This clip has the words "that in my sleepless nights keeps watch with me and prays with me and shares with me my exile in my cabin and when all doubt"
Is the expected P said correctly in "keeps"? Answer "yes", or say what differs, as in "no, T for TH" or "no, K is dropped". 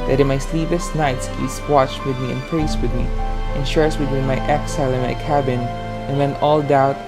no, P is dropped